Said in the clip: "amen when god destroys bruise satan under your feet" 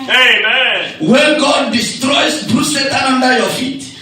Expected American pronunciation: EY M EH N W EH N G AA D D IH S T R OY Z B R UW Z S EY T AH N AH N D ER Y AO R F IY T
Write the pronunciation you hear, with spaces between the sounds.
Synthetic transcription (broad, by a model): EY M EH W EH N G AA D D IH S T R OY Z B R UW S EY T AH AH N D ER Y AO F IY T